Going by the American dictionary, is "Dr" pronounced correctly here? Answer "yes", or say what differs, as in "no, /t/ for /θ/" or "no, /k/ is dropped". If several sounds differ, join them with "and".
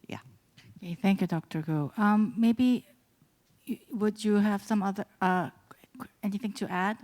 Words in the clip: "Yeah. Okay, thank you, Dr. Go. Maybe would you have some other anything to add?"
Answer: yes